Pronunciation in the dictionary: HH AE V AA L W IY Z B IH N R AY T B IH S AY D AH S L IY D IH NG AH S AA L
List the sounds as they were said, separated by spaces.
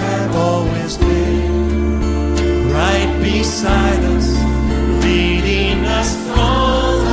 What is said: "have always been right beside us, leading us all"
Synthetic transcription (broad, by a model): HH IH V AA L W IY Z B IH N R AY T B IH S AY D AH S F IY D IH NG AH S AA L